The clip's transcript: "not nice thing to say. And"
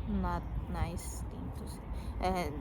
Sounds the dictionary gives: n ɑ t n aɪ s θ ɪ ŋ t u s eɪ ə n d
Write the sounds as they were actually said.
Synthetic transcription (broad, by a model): n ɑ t n aɪ s t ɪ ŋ t u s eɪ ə